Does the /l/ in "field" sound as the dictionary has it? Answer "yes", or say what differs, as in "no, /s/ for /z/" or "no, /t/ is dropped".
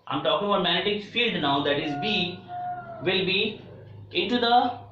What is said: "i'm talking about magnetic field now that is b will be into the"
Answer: yes